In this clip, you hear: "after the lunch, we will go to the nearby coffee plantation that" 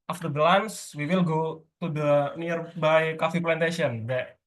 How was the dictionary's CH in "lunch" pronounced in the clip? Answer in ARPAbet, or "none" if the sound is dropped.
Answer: S